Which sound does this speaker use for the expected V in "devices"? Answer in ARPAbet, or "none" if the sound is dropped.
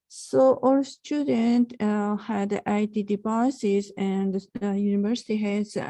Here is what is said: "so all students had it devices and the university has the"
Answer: P